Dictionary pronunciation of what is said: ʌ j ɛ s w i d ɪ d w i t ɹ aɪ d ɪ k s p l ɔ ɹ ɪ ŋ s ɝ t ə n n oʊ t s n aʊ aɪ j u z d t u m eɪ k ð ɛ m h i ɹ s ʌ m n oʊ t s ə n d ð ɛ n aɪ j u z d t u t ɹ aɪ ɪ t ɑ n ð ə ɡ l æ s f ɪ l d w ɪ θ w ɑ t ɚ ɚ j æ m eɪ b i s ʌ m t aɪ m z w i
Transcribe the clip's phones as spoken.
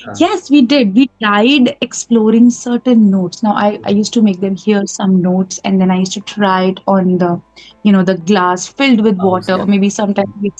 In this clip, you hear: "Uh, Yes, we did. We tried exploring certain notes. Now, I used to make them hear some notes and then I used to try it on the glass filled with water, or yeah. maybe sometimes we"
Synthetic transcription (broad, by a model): j ɛ s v i d ɪ d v i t aɪ d ɪ k s p l ɔ ɹ ɪ ŋ s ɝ t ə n n oʊ t s n aʊ aɪ j u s t u m eɪ k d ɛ m h i ɹ s ʌ m n oʊ t s ə n d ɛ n aɪ j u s t u t ɹ aɪ ɪ t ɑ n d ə ɡ l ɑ s f ɪ l d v ɪ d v ɑ t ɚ ɚ m eɪ b i s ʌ m t aɪ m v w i